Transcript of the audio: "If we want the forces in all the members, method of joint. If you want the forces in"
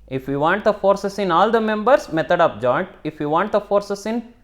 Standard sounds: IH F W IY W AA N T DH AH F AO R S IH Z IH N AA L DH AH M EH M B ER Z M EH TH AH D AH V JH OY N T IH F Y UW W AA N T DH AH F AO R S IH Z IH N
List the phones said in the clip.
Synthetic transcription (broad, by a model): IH F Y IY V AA N T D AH F AO R S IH S IH N AA L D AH M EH M B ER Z M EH T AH D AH P JH OY N T IH F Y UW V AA N T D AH F AO R S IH S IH N